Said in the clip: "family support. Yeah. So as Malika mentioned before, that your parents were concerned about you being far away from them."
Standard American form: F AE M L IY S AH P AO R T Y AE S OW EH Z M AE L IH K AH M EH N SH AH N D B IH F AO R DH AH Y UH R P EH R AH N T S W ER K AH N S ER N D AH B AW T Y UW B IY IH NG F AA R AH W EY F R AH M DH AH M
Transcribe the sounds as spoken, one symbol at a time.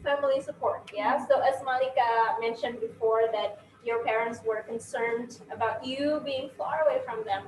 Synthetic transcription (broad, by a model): F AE M L IY S AH P AO R T Y AE S OW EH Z M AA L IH K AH M EH N SH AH N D B IH F AO R DH AH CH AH R P EH R AH N T S W ER K AH N S ER N D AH B AW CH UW B IY IH NG F AA R AH W EY F R AH M DH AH M